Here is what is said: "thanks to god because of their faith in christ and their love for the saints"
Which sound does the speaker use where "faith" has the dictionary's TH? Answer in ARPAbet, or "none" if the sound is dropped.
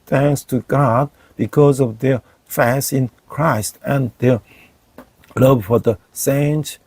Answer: S